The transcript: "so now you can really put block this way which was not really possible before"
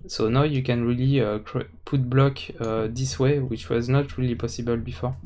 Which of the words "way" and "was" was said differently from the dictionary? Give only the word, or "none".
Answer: none